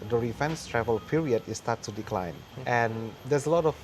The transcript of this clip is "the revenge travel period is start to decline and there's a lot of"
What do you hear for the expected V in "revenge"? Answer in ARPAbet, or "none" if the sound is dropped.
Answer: F